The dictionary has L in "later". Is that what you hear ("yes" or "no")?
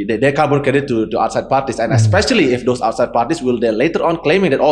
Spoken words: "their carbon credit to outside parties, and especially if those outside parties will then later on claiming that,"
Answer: yes